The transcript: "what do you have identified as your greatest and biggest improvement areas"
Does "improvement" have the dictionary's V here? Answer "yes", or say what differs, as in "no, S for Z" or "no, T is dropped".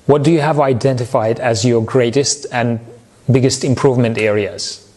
yes